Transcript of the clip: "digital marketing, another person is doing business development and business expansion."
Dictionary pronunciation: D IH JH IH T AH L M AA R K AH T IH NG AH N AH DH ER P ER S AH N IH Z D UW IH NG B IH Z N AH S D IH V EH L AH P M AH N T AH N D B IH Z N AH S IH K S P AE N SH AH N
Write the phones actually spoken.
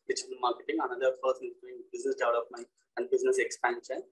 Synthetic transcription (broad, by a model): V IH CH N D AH M AA R K AH T IH NG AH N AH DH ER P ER S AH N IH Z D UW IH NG B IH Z N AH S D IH UH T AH F M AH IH AH N D B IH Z N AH S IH K S P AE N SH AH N